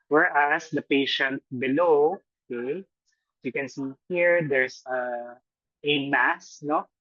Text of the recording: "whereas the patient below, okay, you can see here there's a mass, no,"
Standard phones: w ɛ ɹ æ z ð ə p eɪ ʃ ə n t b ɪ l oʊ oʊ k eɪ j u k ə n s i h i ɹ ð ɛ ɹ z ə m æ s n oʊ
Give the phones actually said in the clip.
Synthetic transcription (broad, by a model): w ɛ ɹ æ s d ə p eɪ ʃ ə n t b ɪ l oʊ oʊ k eɪ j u k ə n s i h i ɹ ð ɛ ɹ s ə m æ s n oʊ